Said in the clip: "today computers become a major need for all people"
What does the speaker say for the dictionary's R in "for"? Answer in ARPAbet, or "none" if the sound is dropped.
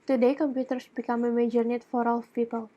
R